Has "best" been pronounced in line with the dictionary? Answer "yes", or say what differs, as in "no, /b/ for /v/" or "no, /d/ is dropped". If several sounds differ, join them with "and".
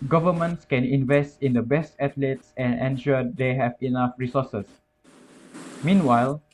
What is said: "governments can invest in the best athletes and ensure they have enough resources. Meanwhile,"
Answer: yes